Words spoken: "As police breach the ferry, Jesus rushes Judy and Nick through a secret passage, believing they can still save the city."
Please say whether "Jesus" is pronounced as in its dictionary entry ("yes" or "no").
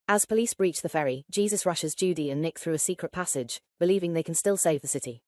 yes